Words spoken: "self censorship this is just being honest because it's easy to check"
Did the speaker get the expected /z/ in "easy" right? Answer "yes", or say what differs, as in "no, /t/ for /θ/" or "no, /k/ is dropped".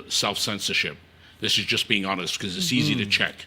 yes